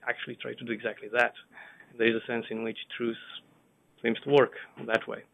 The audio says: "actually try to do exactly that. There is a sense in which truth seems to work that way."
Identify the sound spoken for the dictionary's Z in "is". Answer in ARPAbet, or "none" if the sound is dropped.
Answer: Z